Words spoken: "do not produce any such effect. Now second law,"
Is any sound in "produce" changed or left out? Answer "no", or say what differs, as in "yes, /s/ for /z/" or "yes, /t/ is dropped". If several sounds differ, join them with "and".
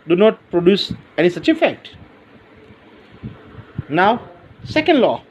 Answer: no